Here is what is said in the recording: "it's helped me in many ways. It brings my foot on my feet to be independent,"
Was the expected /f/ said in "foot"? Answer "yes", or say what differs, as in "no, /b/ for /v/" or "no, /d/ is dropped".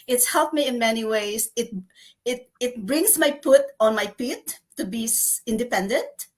no, /p/ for /f/